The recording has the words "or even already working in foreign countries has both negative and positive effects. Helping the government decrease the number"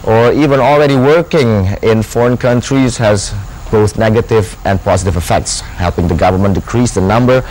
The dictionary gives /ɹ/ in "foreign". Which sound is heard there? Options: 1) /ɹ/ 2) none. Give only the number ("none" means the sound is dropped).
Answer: 1